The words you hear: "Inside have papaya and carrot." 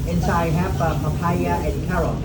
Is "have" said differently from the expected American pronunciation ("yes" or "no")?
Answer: yes